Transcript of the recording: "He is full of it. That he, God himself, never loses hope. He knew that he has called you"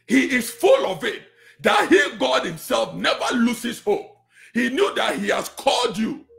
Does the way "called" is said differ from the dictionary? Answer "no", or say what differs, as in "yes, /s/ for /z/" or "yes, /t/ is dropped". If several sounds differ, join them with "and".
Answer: no